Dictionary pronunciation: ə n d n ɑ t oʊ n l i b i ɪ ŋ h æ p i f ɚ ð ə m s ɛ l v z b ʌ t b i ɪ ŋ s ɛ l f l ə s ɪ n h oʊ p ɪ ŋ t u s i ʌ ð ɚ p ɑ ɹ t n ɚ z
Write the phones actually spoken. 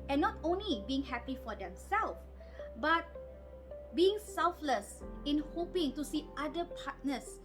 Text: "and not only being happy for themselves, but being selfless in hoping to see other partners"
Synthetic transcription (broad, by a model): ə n n ɑ t oʊ n l i b i ɪ ŋ h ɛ p i f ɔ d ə m s ɛ l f b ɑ t b i ɪ ŋ s ɛ l f l ə s ɪ n h oʊ p ɪ ŋ t u s i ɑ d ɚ p ɑ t n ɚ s